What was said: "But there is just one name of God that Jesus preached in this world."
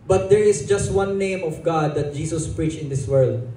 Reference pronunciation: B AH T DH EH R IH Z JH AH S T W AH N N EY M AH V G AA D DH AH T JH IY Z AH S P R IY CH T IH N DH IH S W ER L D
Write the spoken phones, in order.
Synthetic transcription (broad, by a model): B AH T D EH R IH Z JH AH S T W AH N N EY M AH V G AA D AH T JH IY S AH S P R IY CH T IH N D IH S W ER L D